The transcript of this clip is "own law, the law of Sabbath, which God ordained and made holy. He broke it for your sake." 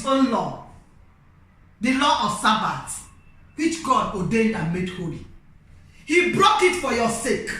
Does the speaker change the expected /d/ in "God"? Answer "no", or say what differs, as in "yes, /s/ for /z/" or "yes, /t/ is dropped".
no